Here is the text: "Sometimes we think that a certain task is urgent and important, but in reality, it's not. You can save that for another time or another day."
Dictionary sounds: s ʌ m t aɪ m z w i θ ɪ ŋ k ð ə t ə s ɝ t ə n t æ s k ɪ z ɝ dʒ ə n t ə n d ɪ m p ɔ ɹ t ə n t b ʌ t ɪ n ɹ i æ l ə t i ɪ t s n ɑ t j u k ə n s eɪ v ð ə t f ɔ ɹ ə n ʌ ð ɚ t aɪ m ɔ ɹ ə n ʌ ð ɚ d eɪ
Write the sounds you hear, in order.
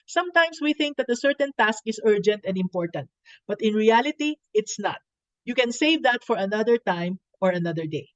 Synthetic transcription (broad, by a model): s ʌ m t aɪ m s w i θ ɪ ŋ k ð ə t ə s ɝ t ə n t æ s k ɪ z ɝ dʒ ə n t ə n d ɪ m p ɔ ɹ t ə n t b ʌ t ɪ n ɹ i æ l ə t i ɪ t s n ɑ t j u k ə n s eɪ v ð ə t f ɔ ɹ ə n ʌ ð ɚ t aɪ m ɔ ɹ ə n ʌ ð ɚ d eɪ